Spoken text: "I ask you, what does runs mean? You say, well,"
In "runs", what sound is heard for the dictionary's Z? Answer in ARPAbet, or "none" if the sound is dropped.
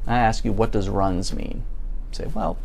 Z